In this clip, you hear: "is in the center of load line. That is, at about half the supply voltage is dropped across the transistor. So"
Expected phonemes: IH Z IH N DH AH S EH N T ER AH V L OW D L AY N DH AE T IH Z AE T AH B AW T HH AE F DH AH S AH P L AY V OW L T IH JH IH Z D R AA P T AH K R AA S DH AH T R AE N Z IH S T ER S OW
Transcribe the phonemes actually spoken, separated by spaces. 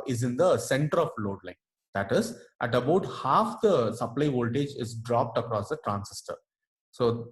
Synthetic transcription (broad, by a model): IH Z IH N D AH S EH N T ER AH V L OW D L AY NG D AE T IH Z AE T AH B AW T HH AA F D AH S AH P L AY V OW L T IH JH IH Z D R AA P T AH K R AA S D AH T R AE N S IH S T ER S OW